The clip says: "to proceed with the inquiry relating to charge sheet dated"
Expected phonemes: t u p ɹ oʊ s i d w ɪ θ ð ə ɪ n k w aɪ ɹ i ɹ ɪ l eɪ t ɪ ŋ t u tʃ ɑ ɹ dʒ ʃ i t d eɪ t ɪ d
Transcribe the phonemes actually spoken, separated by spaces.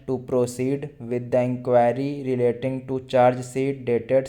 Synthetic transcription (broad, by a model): t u p ɹ oʊ s i d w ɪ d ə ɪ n k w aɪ ɹ i ɹ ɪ l eɪ t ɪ ŋ t u tʃ ɑ ɹ dʒ s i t d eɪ t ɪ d